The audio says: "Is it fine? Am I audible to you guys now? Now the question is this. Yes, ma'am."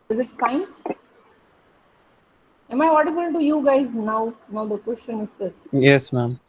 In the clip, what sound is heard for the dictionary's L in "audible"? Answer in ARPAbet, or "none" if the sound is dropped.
N